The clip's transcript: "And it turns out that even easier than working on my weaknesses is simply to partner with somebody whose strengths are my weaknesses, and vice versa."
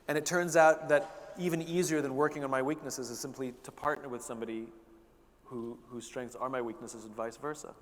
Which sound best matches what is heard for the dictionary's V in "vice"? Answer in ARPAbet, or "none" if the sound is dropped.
V